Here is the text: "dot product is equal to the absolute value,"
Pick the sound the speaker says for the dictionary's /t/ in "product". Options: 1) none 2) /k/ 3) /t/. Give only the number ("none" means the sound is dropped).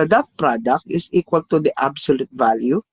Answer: 3